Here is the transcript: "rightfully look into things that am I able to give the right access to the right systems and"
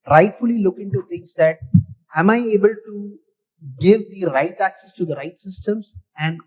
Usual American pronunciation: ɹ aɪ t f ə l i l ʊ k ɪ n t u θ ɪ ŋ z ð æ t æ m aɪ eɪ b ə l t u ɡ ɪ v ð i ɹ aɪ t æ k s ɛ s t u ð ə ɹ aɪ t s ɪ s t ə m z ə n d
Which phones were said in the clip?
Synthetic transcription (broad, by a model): ɹ aɪ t f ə l i l ʊ k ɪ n t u t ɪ ŋ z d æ t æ m aɪ eɪ b ə l t u ɡ ɪ v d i ɹ aɪ t æ k s ɛ s t u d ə ɹ aɪ t s ɪ s t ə m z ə n d